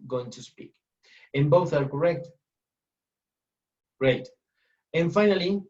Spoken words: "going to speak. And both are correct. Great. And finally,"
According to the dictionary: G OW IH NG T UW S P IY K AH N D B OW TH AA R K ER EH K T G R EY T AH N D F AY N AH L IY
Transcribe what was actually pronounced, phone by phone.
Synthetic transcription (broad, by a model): G OW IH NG T UW S P IY K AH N B OW TH AA R K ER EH K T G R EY T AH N F AY N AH L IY